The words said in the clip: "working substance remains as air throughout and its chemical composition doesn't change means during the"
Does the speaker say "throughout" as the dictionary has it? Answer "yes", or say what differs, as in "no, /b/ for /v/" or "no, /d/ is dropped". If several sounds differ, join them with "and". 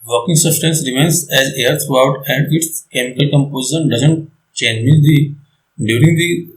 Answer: no, /t/ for /θ/